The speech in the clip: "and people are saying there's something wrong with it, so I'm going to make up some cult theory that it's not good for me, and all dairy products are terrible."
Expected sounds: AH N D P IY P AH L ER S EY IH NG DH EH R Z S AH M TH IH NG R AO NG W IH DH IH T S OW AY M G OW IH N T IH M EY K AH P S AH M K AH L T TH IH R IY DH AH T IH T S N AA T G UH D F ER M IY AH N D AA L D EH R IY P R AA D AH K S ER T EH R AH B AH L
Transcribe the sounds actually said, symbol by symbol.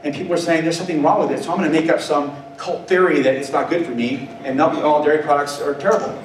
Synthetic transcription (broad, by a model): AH N P IY P L ER S EY IH NG DH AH R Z S AH M TH IH NG R AO NG W IH DH IH T S OW AY M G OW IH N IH M EY K AH P S AH M K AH L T TH IH R IY DH AH T IH T S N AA T G UH D F ER M IY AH N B AA L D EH R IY P R AA D AH K S ER T EH R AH B L